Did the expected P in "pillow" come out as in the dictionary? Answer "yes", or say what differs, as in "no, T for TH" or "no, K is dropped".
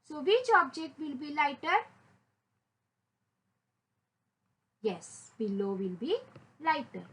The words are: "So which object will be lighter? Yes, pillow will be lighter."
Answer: no, B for P